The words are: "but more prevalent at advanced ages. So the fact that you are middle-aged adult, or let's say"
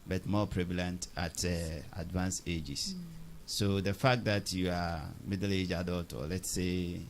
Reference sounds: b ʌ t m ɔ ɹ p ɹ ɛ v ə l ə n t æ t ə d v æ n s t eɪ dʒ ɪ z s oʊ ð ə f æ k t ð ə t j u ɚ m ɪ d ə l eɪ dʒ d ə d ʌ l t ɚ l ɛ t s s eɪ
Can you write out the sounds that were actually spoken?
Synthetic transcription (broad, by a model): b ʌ t m ɔ p ɹ ɛ v ə l ə n t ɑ t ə d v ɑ n s eɪ dʒ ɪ s oʊ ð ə f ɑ k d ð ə t j u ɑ m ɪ d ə l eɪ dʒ ə d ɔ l t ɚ l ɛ t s s eɪ